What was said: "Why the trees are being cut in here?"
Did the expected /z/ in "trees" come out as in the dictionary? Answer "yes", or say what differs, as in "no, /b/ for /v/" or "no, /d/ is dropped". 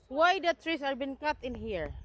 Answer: no, /s/ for /z/